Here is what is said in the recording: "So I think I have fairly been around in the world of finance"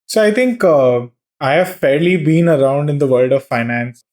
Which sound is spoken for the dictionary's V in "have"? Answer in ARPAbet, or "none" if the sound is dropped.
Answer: V